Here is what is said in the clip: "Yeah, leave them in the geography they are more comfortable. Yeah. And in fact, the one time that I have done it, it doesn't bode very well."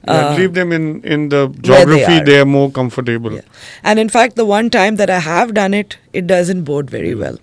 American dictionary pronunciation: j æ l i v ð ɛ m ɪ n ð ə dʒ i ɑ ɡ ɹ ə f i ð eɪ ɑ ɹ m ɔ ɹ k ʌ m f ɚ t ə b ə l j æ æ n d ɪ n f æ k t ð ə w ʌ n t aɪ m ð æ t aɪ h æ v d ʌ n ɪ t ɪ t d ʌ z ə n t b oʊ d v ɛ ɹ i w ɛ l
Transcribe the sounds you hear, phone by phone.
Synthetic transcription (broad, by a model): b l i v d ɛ m ɪ n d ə dʒ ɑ ɡ ɹ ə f i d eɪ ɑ ɹ m ɔ ɹ k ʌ m f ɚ t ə b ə l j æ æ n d ɪ n f æ k t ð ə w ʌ n t aɪ m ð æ t aɪ h æ v d ʌ n ɪ t ɪ t d ʌ z ə n t b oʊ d v ɛ ɹ i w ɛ l